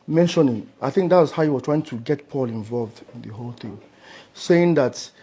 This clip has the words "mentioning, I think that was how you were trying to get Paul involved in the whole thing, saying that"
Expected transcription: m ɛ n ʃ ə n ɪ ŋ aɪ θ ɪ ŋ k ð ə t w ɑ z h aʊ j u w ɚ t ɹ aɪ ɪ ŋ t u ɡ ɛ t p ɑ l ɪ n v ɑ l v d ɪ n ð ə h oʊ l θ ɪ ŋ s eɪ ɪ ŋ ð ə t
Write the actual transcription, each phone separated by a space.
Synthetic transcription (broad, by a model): m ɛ n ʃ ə n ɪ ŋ aɪ θ ɪ ŋ k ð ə t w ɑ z h aʊ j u w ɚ t ɹ aɪ ɪ ŋ t u ɡ ɛ t p ɑ l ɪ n v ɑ l v d ɪ n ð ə h oʊ l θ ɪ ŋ s eɪ ɪ ŋ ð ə t